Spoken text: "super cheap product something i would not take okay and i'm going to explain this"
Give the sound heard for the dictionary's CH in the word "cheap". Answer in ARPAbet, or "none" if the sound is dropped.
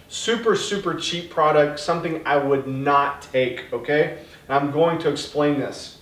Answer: S